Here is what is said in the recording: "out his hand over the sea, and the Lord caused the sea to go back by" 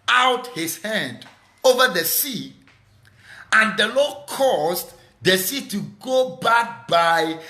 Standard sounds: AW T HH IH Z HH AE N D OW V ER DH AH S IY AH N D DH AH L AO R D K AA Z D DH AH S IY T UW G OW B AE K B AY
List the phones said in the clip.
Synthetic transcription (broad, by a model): AW T HH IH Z HH AE N D OW V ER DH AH S IY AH N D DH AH L AO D K AA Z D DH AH S IY T UW G OW B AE K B AY